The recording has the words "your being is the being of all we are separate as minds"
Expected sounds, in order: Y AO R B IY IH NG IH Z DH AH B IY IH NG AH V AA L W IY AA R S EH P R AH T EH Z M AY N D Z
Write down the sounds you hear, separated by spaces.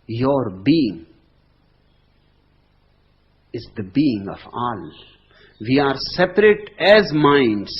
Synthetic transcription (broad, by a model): Y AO R B IY IH NG IH Z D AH B IY IH NG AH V AA L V IY AA R S EH P R AH T EH Z M AY N D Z